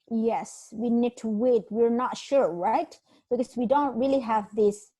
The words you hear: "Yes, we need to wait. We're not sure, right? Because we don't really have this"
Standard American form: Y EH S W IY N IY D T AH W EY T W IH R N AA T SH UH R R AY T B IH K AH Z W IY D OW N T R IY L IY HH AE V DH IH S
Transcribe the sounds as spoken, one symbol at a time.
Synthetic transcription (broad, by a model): Y EH S W IY N IY D T AH W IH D W IH R N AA T SH UH R R AY T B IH K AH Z W IY D OW N T R IY L IY HH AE V DH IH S